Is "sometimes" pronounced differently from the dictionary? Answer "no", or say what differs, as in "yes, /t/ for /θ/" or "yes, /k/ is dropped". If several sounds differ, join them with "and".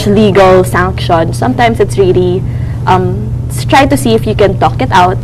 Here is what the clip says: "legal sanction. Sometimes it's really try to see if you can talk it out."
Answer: yes, /s/ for /z/